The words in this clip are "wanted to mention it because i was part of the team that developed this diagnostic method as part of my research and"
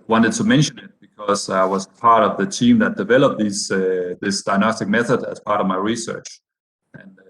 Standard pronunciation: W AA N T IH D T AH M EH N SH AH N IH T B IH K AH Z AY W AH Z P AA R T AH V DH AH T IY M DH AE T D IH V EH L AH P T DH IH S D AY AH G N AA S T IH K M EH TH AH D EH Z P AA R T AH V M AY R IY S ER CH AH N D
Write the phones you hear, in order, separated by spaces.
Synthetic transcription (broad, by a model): W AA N T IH D T AH M EH N SH AH N IH T B IH K AH Z AY W AH Z P AA R T AH V DH AH T IY M DH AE T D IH V EH L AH P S DH IH S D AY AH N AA S T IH K M EH TH AH D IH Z P AA R T AH V M AY R IY S ER CH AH N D